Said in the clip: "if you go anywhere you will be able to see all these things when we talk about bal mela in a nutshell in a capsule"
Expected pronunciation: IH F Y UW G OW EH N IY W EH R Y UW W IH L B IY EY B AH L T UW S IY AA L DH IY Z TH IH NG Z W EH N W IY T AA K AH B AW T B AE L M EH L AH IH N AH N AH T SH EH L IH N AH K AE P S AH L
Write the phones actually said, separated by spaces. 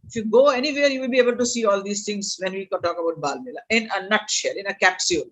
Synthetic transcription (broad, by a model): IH F Y UW G OW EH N IY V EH R Y UW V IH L B IY EY B AH L T UW S IY AA L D IY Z T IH NG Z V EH N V IY T AA K AH B AW T B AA L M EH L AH IH N AH N AH T SH EH L IH N AH K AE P S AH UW